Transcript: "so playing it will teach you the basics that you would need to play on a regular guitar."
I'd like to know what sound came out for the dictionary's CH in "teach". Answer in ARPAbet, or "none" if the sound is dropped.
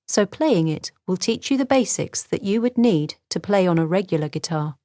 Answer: CH